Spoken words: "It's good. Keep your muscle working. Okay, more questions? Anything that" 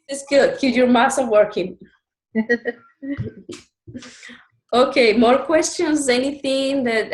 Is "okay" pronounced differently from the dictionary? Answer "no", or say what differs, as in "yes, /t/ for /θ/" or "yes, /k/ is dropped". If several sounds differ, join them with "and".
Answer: no